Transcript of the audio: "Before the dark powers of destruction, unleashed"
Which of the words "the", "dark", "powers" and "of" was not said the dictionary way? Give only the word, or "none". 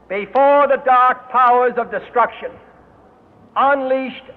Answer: none